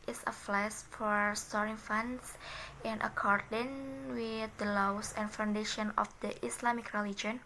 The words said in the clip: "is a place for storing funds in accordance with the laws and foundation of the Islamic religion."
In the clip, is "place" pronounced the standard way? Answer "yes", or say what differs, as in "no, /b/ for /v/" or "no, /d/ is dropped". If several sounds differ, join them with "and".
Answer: no, /f/ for /p/